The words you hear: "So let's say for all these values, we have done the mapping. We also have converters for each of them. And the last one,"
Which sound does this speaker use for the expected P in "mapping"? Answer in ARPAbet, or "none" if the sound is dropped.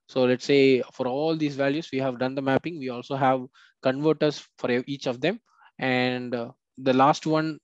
P